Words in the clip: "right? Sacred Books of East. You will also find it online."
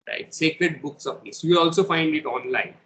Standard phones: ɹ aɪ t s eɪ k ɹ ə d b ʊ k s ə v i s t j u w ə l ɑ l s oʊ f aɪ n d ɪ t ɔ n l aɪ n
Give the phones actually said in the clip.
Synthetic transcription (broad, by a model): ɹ aɪ t s eɪ k ɹ ə d b ʊ k s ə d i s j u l ɑ l s oʊ f aɪ n d ɪ t ɔ n l aɪ n